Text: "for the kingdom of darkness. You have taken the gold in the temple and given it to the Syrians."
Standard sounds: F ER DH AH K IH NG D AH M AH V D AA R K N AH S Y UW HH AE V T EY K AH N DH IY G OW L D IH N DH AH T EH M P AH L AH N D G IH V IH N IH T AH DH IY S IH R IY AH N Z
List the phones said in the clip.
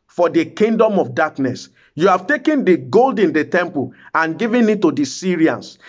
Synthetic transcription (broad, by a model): F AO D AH K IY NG D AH M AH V D AA K N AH S Y UW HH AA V T EY K AH N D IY G OW L D IH N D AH T EH M P AH L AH N G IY V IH N IH T AH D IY S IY R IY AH N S